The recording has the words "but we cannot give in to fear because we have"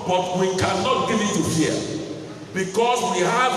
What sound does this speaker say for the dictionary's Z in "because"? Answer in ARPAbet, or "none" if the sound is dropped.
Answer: S